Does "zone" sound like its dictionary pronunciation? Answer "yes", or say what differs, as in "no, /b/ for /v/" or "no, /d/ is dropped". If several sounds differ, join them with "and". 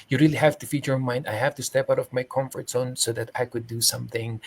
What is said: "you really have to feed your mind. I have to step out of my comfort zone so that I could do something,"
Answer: no, /s/ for /z/